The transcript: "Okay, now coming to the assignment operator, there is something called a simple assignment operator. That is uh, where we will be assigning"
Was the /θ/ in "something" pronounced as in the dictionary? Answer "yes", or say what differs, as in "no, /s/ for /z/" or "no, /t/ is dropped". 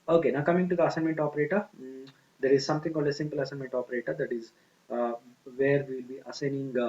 no, /t/ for /θ/